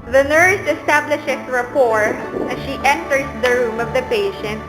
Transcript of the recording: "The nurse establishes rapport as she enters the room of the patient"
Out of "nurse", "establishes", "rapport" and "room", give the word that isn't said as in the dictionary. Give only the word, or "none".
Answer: establishes